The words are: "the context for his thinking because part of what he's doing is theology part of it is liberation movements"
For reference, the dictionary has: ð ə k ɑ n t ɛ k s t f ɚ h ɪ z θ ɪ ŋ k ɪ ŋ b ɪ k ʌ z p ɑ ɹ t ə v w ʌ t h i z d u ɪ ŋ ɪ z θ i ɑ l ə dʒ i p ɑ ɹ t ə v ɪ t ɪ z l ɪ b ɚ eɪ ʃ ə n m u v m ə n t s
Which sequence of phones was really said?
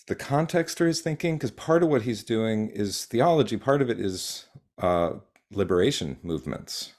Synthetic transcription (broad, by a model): ð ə k ɑ n t ɛ k s t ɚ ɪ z θ ɪ ŋ k ɪ ŋ k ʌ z p ɑ ɹ t ə v w ʌ t h i z d u ɪ ŋ ɪ z θ i ɑ l ə dʒ i p ɑ ɹ t ə v ɪ t ɪ z l ɪ b ɚ eɪ ʃ ə n m u v m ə n t s